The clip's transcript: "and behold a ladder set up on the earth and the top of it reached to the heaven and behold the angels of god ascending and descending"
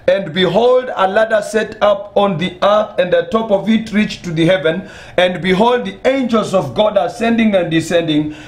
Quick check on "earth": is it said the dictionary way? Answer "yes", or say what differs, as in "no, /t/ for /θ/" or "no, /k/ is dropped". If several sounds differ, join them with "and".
yes